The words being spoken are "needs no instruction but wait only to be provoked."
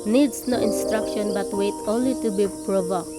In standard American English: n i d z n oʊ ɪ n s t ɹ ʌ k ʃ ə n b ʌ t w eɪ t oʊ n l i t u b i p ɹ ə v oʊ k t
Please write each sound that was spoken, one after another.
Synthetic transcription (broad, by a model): n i d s n oʊ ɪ n s t ɹ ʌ k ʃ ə n b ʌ t w eɪ t oʊ n l i t u b i p ɹ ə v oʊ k